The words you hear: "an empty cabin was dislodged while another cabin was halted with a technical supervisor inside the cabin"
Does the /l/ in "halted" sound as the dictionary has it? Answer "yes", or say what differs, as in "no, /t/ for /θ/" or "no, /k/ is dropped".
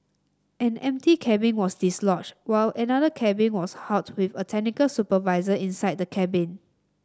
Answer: no, /l/ is dropped